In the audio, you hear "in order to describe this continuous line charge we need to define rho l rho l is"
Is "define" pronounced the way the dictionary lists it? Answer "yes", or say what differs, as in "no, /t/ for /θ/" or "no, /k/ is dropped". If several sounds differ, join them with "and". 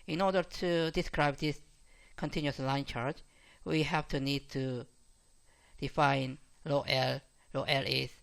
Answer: yes